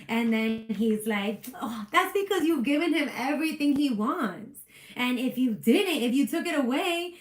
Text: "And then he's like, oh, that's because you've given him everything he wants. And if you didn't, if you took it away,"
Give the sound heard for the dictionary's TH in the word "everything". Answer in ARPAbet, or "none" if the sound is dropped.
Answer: TH